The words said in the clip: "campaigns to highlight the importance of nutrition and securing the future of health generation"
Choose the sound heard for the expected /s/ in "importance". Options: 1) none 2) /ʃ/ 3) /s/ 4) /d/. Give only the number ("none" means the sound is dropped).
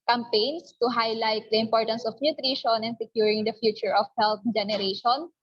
3